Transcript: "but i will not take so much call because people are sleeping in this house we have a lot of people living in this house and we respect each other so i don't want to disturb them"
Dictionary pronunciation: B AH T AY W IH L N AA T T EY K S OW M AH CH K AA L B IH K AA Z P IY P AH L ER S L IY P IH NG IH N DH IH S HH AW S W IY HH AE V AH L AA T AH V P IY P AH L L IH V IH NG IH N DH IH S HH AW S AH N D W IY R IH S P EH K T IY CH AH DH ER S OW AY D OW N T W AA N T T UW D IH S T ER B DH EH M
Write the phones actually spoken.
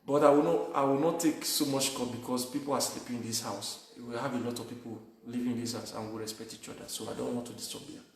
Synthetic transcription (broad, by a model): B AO T AY W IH W N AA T T EY K S OW M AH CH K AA B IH K AA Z P IY P AH L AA S L IY P IH NG IH N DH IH S HH AW S W IY HH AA V AH L AA T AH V P IY P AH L L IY V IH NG IH N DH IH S HH AW S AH N W IY R IH S P EH K T IY CH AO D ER S OW AY D OW N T W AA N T T UW D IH S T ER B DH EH